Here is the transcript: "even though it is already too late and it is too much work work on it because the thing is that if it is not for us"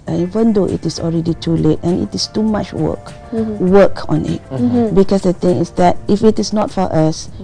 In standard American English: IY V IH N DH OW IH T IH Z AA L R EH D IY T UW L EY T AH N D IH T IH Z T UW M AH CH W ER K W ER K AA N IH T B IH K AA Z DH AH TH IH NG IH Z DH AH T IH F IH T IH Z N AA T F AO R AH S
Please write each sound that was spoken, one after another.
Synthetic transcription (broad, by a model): IY V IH N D OW IH T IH S AA L R EH D IY T UW L EY T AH N IH T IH S T UW M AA CH W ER K W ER K AA N IH T B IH K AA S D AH T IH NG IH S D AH T IH F IH T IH S N AA T F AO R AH S